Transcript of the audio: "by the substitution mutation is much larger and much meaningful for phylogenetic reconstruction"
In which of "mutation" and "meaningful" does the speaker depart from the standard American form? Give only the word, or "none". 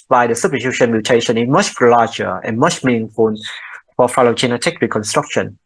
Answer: meaningful